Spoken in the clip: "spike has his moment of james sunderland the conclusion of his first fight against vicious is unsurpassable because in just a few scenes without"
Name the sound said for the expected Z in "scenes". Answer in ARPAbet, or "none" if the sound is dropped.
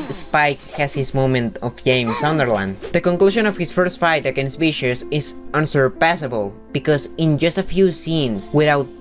S